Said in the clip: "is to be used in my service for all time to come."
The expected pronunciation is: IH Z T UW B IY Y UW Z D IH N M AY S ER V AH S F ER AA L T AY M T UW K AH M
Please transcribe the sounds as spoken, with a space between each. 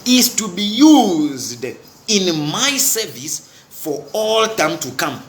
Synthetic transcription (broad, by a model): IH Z T UW B IY Y UW Z D IH N M AY S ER V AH S F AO AA L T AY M T UW K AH M